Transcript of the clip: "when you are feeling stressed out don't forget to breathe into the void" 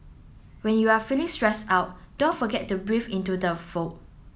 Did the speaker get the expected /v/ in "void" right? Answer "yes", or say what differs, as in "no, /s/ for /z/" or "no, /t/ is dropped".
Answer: no, /f/ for /v/